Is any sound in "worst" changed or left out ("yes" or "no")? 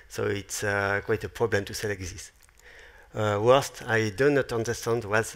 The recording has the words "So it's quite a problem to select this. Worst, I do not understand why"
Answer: no